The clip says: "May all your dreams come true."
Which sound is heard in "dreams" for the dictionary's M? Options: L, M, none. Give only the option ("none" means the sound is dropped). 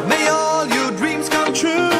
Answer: M